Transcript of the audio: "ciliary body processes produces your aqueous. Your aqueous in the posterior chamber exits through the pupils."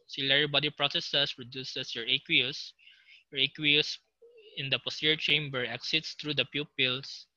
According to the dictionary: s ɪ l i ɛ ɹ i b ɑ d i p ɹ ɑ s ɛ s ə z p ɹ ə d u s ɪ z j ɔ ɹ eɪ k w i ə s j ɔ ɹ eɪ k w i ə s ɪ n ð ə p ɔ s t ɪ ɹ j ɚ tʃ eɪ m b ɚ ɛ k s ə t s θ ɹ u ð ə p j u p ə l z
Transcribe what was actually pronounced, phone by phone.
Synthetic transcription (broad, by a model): s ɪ l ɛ ɹ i b ɑ d i p ɹ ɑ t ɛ s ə s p ɹ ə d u s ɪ s j ɔ ɹ eɪ k w i ə s j ɔ ɹ eɪ k w i ə s ɪ n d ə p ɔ s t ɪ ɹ tʃ eɪ m b ɚ ɛ k s ə t s t ɹ u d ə p j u p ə l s